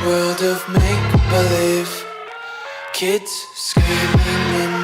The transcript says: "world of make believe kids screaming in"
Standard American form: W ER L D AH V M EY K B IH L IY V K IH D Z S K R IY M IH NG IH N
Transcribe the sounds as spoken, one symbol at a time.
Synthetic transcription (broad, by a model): W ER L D AH V M EY K B IH L IY V K IH D Z S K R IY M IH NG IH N